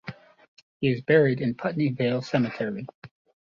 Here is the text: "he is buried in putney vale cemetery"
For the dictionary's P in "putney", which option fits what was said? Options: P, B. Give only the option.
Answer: P